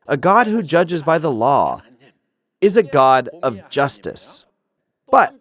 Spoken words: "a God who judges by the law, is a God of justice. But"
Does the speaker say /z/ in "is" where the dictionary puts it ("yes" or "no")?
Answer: yes